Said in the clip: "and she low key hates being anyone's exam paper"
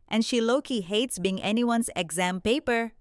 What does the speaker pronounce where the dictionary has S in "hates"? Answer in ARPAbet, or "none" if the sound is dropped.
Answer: S